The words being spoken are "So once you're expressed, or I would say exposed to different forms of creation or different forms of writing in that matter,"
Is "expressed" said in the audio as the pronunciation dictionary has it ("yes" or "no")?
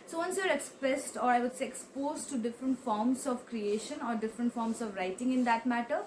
yes